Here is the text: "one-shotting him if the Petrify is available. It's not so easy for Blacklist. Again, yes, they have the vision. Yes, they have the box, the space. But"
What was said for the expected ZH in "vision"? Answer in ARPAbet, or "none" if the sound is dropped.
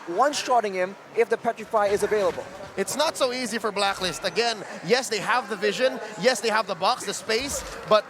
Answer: ZH